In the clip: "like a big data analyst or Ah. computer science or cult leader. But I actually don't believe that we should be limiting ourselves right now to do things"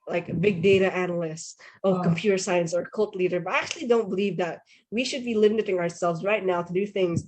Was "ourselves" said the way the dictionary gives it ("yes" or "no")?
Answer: yes